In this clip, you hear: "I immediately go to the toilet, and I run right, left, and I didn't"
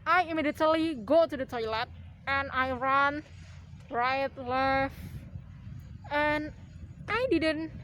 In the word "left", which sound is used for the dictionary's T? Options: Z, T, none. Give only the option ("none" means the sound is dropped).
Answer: none